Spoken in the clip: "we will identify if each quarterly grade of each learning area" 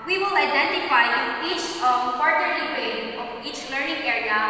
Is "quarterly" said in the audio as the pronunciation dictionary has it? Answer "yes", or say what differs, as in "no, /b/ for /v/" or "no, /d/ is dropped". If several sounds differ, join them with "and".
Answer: no, /l/ is dropped